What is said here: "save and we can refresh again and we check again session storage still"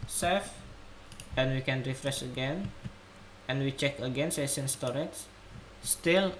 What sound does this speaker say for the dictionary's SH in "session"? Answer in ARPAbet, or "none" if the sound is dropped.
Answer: S